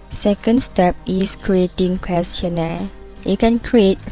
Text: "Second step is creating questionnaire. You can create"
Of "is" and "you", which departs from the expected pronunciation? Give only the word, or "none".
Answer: is